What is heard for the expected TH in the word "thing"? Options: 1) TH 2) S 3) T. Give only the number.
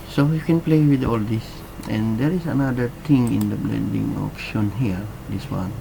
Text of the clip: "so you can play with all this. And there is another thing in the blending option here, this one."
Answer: 3